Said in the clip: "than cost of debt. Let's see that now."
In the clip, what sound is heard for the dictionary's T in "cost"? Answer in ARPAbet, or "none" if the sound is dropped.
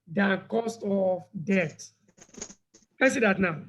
T